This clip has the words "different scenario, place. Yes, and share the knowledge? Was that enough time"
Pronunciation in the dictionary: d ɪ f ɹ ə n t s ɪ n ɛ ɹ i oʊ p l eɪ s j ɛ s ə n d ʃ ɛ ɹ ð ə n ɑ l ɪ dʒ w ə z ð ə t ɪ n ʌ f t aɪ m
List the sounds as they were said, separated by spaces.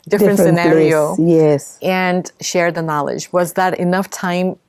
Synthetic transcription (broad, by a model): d ɪ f ɹ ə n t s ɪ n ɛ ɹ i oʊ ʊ j ɛ s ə n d ʃ ɛ ɹ ð ə n ɑ l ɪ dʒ w ə z ð ə t ɪ n ʌ f t aɪ m